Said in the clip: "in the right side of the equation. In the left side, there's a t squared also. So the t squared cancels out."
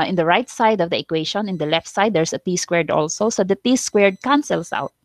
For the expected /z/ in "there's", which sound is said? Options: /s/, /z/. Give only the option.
/s/